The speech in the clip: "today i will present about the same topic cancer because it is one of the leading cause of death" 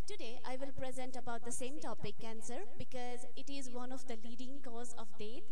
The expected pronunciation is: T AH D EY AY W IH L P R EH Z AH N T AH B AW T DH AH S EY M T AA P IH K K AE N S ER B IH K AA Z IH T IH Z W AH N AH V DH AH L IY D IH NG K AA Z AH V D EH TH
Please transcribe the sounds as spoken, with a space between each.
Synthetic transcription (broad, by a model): T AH D EY AY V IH L P R EH Z AH N T AH B AW T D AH S EY M T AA P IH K K AE N S ER B IH K AA Z IH T IH Z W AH N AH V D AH L IY D IH NG K AA Z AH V D EH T